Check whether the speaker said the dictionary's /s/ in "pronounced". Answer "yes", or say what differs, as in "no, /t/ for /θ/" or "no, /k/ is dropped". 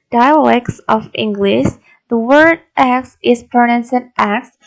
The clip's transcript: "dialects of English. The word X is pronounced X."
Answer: no, /s/ is dropped